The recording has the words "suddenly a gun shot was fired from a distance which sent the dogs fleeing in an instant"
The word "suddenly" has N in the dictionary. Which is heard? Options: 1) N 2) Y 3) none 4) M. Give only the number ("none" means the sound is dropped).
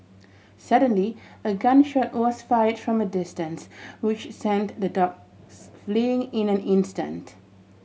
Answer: 1